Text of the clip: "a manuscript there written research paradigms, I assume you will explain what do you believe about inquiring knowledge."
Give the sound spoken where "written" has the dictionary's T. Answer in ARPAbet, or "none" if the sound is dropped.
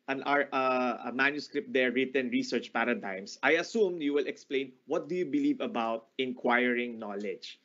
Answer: T